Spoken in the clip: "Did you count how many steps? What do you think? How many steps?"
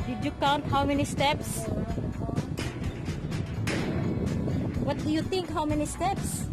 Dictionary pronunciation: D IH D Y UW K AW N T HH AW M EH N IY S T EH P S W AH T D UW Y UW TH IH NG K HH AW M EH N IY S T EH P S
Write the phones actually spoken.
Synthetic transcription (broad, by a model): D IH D Y UW K AW N T HH AW M EH N IY S T EH P S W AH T D UW Y UW T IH NG K HH AW M EH N IY S T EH P S